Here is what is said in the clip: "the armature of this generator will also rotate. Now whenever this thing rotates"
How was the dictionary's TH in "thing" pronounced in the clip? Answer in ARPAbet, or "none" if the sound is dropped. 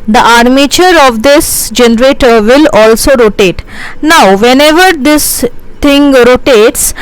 T